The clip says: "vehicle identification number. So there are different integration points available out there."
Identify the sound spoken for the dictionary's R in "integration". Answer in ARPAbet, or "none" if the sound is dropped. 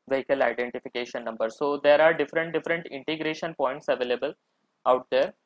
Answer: R